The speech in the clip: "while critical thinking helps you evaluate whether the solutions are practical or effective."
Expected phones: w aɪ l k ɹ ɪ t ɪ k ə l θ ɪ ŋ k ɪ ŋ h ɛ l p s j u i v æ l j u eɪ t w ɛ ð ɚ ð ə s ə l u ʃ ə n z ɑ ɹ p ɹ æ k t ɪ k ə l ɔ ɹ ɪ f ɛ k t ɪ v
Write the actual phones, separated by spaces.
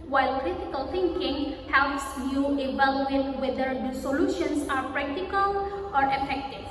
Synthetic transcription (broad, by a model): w aɪ l k ɹ ɪ t ɪ k ə l t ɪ ŋ k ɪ ŋ h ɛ l p s j u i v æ l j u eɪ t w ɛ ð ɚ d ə s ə l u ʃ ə n s ɑ ɹ p ɹ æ k t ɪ k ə l ɔ ɹ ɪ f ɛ k t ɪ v